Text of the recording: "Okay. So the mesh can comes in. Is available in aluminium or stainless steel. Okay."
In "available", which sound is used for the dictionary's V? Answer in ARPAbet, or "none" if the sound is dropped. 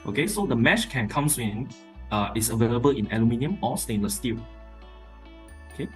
V